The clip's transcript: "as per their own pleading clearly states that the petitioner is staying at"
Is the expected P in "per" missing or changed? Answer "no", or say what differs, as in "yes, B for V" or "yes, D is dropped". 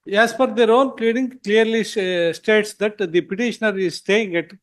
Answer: yes, F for P